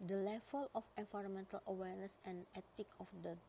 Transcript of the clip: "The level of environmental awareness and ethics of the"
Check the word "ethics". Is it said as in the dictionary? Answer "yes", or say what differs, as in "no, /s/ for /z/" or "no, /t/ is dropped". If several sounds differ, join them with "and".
no, /t/ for /θ/ and /s/ is dropped